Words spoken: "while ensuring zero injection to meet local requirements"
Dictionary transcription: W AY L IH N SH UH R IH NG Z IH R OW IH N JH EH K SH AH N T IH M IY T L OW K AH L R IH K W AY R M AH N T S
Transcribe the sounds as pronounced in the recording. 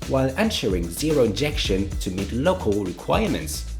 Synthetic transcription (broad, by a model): W AY L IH N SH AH R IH NG Z IH R OW IH N JH EH K SH AH N T IH M IY T L OW K AH L R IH K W AY R M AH N T S